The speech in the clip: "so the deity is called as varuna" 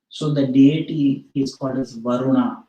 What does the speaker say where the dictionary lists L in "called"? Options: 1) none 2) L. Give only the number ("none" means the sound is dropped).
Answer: 1